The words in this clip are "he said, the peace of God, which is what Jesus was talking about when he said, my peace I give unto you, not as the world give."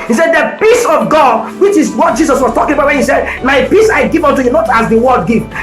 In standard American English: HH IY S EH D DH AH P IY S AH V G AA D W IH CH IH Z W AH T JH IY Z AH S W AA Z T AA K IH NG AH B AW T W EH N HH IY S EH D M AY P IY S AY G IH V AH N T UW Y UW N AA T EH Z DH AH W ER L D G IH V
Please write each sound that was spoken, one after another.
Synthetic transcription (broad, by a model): HH IY S EH D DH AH P IY S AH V G AA D W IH CH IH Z W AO T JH IY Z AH S W AA S T AA K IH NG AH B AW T W EH N HH IY S EH D M AY P IY S AY G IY V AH N T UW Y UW N AA T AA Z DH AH W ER D G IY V